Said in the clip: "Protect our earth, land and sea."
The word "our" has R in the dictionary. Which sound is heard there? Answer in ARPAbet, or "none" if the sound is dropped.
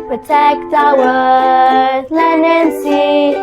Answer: W